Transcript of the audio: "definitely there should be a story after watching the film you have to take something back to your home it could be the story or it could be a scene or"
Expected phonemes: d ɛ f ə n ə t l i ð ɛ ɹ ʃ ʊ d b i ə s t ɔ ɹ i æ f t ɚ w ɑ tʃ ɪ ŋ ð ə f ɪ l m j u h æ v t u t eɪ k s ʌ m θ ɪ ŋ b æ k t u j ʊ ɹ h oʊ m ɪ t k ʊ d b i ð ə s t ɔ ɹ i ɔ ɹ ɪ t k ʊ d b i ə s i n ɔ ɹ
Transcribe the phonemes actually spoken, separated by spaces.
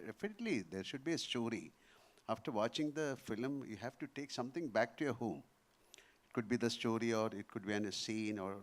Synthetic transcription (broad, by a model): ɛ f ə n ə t l i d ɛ ɹ ʃ ʊ d b i ə s t ɔ ɹ i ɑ f t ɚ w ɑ tʃ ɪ ŋ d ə f ɪ l m j u h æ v t u t eɪ k s ʌ m t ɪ ŋ b æ k t u j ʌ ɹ h oʊ m ɪ t k ʊ d b i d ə s t ɔ ɹ i ɔ ɹ ɪ t k ʊ d b i ə s i n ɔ ɹ